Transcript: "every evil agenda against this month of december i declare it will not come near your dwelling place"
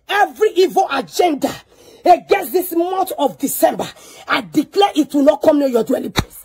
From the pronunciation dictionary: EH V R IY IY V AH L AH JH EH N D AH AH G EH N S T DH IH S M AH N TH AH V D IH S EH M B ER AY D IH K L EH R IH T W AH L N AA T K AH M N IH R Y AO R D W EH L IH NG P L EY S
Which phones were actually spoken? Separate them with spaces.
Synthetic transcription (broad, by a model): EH V R IY IY V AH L AH JH EH N D AH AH G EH S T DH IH S M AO N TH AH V D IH S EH M B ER AY D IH K L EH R IH T W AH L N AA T K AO M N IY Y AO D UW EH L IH P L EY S